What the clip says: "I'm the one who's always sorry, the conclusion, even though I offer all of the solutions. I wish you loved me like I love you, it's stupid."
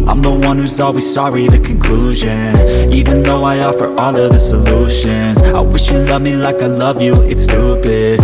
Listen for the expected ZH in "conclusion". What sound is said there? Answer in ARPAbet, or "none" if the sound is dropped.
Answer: ZH